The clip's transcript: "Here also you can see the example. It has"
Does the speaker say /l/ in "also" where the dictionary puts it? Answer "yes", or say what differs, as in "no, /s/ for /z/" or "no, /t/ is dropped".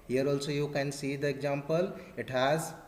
yes